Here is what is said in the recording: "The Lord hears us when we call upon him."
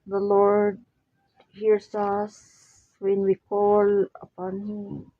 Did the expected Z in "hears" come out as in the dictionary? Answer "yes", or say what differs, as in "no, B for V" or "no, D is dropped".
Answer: no, S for Z